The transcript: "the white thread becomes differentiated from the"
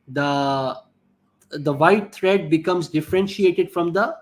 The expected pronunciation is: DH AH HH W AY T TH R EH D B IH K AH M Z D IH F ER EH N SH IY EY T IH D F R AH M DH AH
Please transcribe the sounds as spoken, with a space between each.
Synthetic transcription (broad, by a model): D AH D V AY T T R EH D B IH K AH M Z D IH F ER EH N SH IY EY T IH D F R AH M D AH